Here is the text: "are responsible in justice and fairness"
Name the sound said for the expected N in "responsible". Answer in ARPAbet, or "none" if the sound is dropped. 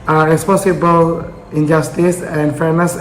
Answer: none